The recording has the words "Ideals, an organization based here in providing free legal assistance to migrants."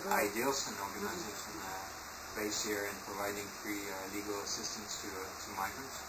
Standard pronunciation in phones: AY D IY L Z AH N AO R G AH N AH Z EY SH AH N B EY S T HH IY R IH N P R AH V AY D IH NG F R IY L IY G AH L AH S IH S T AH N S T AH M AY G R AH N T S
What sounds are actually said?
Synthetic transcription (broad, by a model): AY D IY L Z AH N AO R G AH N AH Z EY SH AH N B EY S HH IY R IH N P R AH V AY D IH NG F R IY L IY G AH L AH S IH S T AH N S T AH M AY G R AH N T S